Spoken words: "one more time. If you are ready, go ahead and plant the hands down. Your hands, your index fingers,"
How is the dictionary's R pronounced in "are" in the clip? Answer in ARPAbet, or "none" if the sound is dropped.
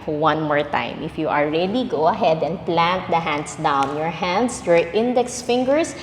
L